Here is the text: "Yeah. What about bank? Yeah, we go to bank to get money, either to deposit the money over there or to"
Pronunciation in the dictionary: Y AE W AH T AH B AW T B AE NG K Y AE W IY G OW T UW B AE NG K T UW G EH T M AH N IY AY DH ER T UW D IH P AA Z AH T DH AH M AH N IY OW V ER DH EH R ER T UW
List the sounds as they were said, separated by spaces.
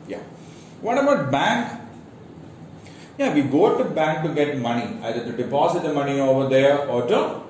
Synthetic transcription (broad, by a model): Y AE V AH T AH B AW T B AE NG K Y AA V IY G OW T UW B AE NG K T UW G EH T M AH N IY AY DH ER T UW D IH P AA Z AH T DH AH M AH N IY OW V ER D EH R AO T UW